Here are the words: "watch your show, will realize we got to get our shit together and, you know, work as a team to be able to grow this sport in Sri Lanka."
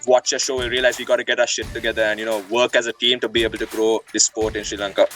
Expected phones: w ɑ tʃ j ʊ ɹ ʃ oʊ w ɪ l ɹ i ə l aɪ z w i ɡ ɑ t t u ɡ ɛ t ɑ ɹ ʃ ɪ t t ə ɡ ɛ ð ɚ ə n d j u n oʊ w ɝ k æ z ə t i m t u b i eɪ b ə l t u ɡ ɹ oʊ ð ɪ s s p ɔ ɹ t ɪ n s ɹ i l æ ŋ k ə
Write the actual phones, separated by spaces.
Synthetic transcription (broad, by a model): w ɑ tʃ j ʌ ʃ oʊ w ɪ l ɹ i ə l aɪ z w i ɡ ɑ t t u ɡ ɛ t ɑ ʃ ɪ t t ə ɡ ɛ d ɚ ə n d j u n oʊ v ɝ k æ z ə t i m t u b i eɪ b ə l t u ɡ ɹ oʊ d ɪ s s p ɔ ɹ t ɪ n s ɹ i l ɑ ŋ k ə